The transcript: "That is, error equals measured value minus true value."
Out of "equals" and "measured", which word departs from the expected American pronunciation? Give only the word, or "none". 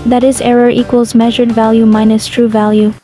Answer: none